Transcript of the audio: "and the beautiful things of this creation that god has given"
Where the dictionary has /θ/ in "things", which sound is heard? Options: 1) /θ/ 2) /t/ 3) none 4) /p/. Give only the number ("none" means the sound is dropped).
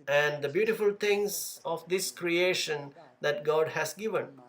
2